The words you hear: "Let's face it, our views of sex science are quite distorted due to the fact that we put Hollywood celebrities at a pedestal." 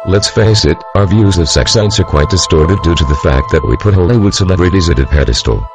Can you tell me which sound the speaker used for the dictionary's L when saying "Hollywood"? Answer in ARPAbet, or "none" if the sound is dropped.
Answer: none